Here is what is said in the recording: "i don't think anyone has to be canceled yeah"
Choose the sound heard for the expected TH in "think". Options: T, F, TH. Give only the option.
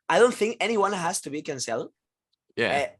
TH